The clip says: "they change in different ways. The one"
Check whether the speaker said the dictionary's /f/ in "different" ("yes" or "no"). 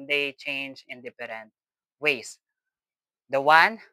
no